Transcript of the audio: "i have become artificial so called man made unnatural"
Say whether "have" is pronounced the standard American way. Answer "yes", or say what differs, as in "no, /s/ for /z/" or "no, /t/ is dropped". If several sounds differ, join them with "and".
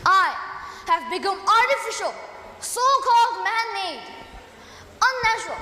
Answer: yes